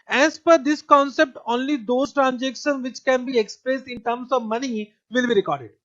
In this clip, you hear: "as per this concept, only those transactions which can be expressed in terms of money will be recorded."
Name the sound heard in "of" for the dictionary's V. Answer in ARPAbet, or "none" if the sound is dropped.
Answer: V